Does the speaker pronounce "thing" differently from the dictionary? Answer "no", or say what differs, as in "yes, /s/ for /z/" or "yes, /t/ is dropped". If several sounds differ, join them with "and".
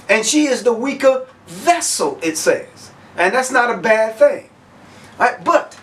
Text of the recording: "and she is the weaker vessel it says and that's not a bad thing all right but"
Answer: no